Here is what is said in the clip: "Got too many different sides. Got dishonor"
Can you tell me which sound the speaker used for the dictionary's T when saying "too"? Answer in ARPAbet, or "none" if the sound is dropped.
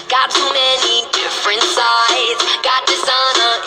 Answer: S